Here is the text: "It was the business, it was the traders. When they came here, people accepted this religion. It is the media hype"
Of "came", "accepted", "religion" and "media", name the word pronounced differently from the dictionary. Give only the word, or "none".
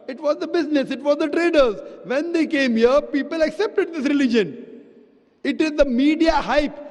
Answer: none